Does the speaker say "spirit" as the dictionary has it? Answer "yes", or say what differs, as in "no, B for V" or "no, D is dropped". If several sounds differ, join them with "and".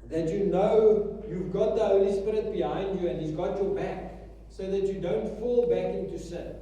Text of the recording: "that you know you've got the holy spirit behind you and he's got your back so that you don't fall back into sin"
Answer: yes